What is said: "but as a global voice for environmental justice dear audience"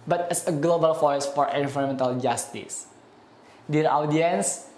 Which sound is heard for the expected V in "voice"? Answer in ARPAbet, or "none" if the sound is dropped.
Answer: F